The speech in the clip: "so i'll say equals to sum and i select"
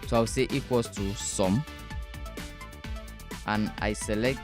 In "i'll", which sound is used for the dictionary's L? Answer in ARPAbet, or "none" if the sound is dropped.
W